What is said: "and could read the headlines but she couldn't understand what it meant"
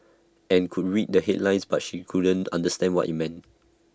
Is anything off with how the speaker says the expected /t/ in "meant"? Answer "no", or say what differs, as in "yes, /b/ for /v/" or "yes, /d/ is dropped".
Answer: no